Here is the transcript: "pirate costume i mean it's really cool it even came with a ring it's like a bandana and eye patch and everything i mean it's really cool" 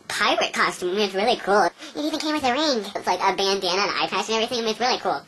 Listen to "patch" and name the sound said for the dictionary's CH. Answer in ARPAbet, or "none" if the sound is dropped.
S